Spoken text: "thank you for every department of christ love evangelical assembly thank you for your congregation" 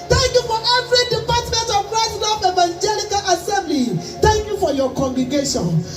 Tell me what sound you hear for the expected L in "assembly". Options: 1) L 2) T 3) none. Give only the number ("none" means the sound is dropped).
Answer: 1